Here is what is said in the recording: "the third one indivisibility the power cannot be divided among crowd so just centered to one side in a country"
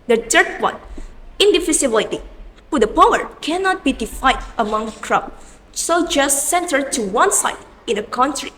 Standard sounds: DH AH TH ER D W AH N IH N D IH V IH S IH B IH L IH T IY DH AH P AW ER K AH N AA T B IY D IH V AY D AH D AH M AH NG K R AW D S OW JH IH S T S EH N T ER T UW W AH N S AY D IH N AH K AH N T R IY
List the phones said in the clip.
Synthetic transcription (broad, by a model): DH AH T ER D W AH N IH N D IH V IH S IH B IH L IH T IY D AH P AW ER K AH N AA T B IY D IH F AY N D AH M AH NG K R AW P S OW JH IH S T S EH N T ER T UW W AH N S AY D IH N AH K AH N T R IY